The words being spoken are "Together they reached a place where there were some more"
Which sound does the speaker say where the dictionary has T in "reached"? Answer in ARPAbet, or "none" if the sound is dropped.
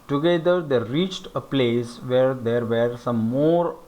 T